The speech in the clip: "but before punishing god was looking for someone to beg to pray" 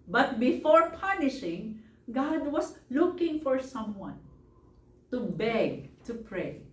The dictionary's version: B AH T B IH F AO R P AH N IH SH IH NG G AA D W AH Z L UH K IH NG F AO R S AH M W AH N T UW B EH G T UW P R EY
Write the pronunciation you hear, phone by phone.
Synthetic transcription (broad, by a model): B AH T B IH F AO R P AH N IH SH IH NG G AA D W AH S L UH K IH NG F AO R S AH M W AH N T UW B EH G T UW P R EY